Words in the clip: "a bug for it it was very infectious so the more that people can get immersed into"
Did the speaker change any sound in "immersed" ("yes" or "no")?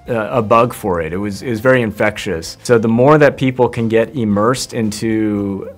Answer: no